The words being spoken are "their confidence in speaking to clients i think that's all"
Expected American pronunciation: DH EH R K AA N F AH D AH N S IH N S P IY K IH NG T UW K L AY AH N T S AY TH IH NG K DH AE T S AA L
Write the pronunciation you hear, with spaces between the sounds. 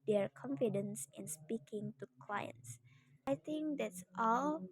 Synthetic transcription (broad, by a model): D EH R K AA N F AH D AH N S IH N S P IY K IH NG T UW K L AY AH N T S AY T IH NG K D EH T S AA L